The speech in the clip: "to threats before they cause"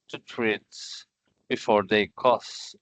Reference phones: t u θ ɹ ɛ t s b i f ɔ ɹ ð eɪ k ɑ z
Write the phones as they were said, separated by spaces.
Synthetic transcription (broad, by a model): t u t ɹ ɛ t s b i f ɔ ɹ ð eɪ k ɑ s